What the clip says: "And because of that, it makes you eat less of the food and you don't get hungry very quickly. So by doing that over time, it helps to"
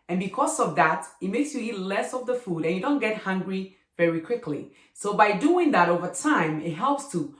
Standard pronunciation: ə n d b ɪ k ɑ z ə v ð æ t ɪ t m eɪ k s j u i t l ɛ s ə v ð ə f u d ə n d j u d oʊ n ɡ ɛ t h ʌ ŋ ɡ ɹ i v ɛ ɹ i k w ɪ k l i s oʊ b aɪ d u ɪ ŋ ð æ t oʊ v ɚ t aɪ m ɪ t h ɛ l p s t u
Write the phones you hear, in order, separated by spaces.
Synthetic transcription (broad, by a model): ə n b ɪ k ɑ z ə v ð æ t ɪ t m eɪ k s j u i t l ɛ s ə v ð ə f u d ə n j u d oʊ n ɡ ɛ t h ʌ ŋ ɡ ɹ i v ɛ ɹ i k w ɪ k l i s oʊ b aɪ d u ɪ ŋ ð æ t oʊ v ɚ t aɪ m ɪ t h ɛ l p s t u